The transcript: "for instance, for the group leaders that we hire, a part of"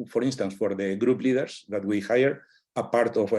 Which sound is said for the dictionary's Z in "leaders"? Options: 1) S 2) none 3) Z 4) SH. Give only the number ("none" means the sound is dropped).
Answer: 1